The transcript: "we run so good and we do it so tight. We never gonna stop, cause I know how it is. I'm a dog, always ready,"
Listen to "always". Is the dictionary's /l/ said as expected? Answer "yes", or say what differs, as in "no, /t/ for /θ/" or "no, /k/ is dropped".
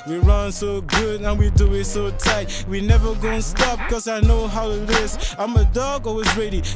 no, /l/ is dropped